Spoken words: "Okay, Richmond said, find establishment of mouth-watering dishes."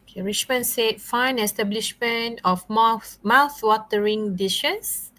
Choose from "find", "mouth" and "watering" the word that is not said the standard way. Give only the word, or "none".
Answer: find